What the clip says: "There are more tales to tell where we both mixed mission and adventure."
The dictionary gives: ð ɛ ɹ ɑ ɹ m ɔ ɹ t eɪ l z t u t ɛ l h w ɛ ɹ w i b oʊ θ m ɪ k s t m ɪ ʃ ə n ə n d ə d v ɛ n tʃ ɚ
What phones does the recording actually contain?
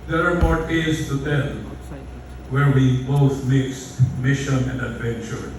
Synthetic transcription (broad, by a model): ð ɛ ɹ ɑ ɹ m ɔ ɹ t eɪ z t u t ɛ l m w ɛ ɹ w i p oʊ s m ɪ k s t m ɪ ʃ ə n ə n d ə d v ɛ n tʃ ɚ